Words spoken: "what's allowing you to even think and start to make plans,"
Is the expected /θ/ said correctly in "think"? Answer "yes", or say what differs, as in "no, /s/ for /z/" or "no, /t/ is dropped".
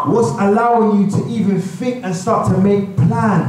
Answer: no, /f/ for /θ/